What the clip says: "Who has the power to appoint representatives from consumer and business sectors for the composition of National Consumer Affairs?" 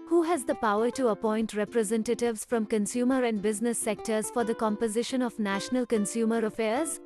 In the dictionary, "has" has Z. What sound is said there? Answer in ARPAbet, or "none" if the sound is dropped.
Z